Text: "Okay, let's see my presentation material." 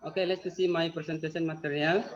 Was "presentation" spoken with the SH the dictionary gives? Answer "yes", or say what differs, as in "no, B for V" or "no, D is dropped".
no, S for SH